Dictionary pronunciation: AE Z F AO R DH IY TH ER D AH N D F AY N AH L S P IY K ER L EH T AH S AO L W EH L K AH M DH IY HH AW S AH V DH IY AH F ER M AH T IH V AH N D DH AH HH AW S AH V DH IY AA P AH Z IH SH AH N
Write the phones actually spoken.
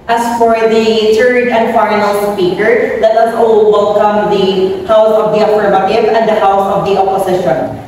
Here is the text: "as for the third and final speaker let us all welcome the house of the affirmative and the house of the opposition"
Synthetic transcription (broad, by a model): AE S F AO R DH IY T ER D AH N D F AY N AH L S P IY K ER L EH T AH S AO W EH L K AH M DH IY HH AW S AH V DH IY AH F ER M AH T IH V AH N D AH HH AW S AH V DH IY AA P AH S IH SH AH N